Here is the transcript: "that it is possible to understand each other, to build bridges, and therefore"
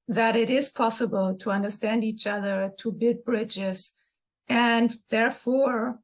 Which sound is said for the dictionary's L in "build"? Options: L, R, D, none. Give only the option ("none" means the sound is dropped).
none